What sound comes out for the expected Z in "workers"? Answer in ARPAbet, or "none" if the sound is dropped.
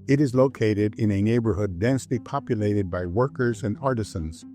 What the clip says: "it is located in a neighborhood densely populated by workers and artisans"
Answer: Z